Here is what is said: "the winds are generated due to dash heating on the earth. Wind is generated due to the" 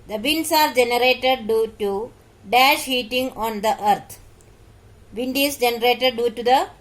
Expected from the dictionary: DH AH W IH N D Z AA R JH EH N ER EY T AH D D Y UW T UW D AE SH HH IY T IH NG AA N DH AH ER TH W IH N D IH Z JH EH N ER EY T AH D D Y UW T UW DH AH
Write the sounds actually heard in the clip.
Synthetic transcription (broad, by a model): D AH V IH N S AA R JH EH N ER EY T AH D D Y UW T UW D AE SH HH IY T IH NG AA N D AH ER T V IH N D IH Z JH EH N ER EY T AH D D Y UW T UW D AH